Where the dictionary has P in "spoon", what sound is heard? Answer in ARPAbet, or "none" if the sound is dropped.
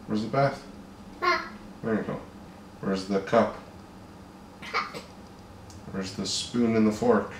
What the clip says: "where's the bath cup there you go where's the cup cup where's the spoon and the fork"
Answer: P